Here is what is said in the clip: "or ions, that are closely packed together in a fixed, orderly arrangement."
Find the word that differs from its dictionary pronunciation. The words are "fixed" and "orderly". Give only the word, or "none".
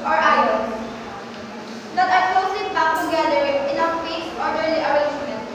fixed